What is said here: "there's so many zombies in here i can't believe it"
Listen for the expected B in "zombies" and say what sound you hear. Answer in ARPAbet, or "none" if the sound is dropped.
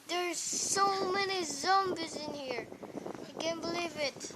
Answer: B